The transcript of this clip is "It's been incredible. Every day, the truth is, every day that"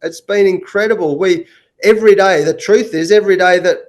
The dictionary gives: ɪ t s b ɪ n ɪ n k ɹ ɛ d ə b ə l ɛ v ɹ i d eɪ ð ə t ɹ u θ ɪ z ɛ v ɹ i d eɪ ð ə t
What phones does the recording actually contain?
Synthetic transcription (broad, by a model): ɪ t s b ɪ n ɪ n k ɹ ɛ d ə b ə l ɛ v ɹ i d eɪ ð ə t ɹ u θ ɪ z ɛ v ɹ i d eɪ ð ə t